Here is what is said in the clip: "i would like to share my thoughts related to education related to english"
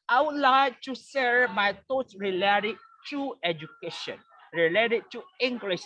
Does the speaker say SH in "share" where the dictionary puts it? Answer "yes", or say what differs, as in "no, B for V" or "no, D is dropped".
no, S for SH